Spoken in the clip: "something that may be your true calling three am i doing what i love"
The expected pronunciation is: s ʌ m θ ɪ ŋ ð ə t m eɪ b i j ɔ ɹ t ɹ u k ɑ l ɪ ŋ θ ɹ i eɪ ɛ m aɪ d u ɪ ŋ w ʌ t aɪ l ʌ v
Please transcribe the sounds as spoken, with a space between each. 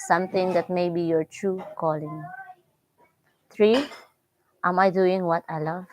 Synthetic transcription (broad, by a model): s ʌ m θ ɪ ŋ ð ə t m eɪ b i j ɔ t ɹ u k ɑ l ɪ ŋ t ɹ i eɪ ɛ m aɪ d u ɪ ŋ w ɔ t aɪ l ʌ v